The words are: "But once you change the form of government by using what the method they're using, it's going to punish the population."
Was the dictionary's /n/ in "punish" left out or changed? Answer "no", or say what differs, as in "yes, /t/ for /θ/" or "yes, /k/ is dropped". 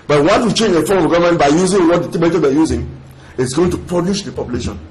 yes, /l/ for /n/